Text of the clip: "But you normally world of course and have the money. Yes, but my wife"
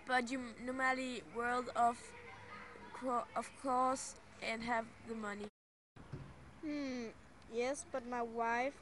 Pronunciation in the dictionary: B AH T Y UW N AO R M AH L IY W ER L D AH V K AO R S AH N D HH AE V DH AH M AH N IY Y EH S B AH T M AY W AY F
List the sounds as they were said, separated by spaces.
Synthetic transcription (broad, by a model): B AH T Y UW N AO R M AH L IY W ER L D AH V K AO L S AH N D HH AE V DH AH M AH N IY Y EH S B AH T M AY W AY F